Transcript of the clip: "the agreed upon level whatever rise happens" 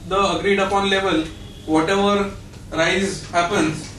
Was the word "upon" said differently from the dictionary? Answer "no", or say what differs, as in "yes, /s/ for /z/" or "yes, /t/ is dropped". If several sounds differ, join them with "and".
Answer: no